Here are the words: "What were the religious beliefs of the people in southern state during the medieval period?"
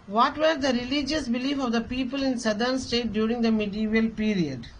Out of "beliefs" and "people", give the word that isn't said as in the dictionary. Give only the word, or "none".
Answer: beliefs